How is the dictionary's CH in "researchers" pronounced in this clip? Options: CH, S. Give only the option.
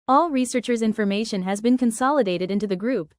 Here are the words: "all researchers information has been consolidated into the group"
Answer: CH